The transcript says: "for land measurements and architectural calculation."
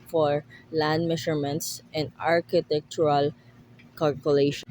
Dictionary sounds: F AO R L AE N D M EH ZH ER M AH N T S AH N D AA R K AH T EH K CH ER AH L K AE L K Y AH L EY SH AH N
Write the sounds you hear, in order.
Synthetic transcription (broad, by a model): F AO R L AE N D M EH SH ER M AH N T S AH N D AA R K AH T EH K CH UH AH L K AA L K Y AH L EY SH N